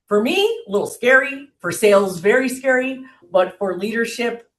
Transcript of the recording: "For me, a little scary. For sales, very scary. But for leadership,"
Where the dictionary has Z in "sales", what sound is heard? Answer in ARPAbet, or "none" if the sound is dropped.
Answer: Z